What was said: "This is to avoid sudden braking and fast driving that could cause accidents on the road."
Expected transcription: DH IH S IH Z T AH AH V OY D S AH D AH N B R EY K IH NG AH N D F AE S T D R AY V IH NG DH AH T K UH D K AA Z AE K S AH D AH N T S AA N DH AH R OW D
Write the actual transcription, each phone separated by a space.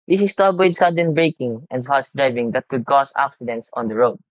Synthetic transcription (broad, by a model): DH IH S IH S T AH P W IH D S AH D AH N B R EY K IH NG AH N D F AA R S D R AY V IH NG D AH T K UH D K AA S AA K S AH D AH N T S AA N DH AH R OW D